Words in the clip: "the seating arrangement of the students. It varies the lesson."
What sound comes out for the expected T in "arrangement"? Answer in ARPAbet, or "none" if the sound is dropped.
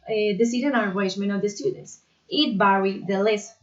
none